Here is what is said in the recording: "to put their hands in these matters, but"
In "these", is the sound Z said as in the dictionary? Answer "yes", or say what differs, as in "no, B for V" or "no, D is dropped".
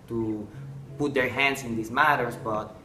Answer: no, S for Z